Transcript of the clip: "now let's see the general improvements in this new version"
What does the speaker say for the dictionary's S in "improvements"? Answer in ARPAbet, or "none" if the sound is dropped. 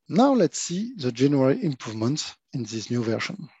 none